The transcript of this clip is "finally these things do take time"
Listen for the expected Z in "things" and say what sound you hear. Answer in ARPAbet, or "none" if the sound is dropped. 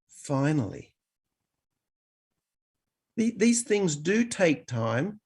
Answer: Z